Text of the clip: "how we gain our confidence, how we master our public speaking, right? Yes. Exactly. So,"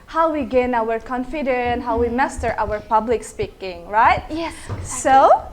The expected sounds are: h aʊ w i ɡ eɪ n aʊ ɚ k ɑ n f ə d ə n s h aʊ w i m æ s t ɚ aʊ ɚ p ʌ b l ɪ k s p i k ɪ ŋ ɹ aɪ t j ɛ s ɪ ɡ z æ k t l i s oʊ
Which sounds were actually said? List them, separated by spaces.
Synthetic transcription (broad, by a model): h aʊ w i ɡ eɪ n aʊ ɚ k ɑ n f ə d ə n h aʊ w i m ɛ s t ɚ aʊ ɚ p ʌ b l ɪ k s p i k ɪ ŋ ɹ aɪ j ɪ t i s oʊ